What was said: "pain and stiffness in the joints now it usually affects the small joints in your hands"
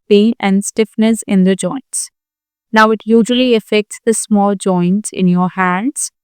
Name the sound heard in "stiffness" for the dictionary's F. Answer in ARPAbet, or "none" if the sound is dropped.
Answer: F